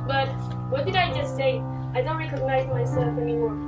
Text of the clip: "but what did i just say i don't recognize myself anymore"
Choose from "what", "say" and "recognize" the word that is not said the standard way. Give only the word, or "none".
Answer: none